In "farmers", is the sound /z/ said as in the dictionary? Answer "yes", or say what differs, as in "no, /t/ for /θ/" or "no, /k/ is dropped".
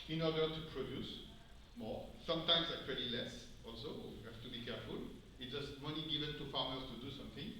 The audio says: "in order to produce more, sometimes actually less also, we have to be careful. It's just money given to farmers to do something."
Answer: no, /s/ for /z/